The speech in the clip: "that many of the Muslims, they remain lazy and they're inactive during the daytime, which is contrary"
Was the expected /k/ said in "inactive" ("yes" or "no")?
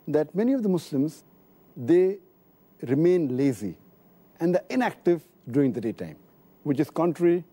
yes